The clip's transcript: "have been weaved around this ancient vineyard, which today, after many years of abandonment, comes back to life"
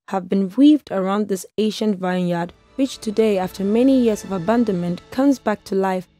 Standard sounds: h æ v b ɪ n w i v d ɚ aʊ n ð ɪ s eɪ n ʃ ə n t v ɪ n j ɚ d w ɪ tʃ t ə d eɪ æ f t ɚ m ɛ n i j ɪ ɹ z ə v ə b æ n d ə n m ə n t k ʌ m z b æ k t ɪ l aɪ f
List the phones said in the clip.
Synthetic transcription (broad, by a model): h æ v b ɪ n w i v d ɚ aʊ n ð ɪ s eɪ ʃ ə n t v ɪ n j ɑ d w ɪ tʃ t ə d eɪ æ f t ɚ m ɛ n i j ɪ ɹ z ə v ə b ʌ n d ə n m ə n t k ʌ m z b æ k t ɪ l aɪ f